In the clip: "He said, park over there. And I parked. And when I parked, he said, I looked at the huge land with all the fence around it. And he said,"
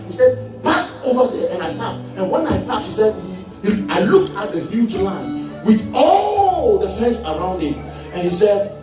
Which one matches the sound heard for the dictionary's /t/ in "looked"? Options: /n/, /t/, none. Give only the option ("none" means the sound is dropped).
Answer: none